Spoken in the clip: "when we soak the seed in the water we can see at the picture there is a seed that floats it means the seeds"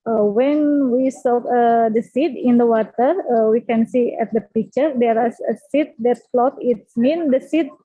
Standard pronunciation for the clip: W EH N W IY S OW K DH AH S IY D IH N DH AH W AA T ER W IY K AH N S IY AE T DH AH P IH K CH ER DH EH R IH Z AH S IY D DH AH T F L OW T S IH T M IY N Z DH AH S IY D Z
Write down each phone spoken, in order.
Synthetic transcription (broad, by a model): W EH N W IY S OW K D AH S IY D IH N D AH W AA T ER W IY K AH N S IY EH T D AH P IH K CH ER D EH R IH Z AH S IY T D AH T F L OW T IH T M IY N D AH S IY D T